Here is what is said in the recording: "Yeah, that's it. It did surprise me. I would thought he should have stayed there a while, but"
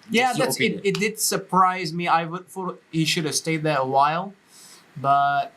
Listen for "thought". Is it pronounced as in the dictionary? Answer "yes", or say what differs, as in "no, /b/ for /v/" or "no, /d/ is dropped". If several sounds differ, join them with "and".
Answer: no, /f/ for /θ/